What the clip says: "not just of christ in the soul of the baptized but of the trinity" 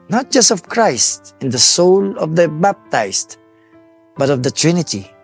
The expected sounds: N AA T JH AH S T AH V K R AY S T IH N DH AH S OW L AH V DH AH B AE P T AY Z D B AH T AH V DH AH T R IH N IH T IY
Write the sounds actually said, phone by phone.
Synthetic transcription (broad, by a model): N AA T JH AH S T AH V K R AY S T IH N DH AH S OW L AH V DH AH B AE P T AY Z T B AH T AH V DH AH T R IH N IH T IY